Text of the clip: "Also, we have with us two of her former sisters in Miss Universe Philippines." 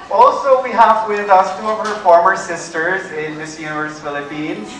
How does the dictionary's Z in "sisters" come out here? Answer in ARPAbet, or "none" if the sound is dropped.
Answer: Z